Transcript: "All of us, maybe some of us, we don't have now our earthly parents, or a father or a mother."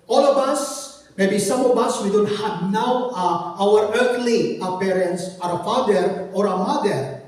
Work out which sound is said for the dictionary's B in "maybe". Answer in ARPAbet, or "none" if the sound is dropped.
B